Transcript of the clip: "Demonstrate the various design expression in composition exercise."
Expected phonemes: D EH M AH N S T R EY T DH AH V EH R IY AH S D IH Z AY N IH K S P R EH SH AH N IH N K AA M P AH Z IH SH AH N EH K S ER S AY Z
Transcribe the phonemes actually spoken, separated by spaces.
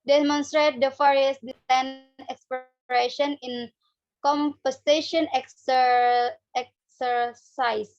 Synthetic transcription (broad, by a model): D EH M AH N S T R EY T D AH F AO R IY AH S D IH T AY N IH K S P R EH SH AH N IH N K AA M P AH S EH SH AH N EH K S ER S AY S